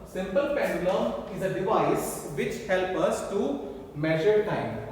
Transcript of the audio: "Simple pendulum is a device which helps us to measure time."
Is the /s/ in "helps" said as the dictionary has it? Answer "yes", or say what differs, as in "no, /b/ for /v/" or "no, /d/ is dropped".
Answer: no, /s/ is dropped